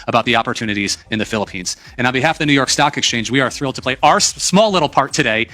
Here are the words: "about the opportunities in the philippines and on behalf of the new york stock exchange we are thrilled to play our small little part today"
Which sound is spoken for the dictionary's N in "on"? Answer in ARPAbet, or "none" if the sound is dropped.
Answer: L